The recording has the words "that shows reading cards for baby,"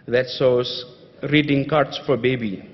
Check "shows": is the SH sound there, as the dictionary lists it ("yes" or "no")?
no